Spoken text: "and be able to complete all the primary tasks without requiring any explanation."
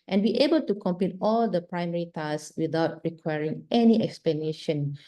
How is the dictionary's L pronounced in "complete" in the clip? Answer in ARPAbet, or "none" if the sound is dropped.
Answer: none